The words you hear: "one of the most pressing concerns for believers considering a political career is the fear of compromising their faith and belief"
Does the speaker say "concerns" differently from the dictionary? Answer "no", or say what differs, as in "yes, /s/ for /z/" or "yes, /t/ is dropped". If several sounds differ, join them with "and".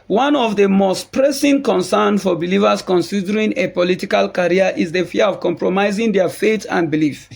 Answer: yes, /z/ is dropped